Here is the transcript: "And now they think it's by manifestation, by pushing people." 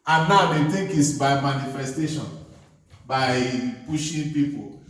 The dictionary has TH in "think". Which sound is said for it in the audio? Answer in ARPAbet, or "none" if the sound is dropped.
T